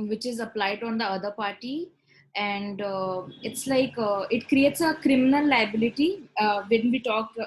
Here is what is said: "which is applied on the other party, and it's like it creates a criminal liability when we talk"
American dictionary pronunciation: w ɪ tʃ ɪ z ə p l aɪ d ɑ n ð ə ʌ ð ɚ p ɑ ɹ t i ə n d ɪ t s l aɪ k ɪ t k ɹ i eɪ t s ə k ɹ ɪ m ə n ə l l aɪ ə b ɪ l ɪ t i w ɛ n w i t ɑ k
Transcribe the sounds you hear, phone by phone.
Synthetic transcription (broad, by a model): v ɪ tʃ ɪ z ə p l aɪ d ɑ n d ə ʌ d ɚ p ɑ ɹ t i ə n d ɪ t s l aɪ k ɪ t k ɹ i eɪ t s ə k ɹ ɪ m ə n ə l l aɪ ə b ɪ l ɪ t i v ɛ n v i t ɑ k